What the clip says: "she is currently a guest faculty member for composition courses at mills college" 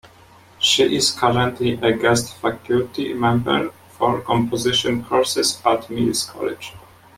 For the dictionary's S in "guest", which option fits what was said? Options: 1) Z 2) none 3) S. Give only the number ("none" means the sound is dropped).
3